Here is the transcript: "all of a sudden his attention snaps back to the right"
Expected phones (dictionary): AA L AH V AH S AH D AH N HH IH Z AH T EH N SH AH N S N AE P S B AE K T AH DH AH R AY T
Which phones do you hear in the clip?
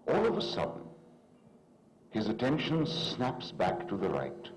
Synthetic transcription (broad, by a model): AA L AH V AH S AH D N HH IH Z AH T EH N SH AH N S N AE P S B AE K T AH DH AH R AY T